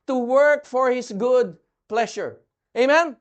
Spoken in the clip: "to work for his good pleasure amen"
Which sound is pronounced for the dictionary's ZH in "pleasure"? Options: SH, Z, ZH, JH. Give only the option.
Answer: SH